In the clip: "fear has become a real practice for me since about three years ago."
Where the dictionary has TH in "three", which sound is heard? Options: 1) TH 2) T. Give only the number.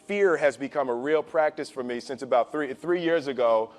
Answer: 1